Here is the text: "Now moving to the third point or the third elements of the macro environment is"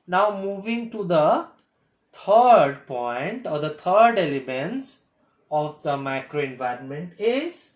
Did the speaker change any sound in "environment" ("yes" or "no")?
no